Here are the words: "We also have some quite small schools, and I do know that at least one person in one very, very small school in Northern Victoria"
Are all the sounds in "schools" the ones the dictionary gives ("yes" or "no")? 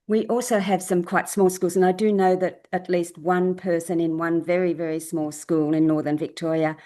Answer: yes